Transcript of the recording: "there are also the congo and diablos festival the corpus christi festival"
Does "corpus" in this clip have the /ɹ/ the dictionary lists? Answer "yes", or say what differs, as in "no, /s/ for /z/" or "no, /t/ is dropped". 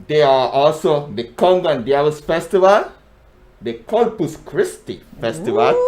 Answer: no, /l/ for /ɹ/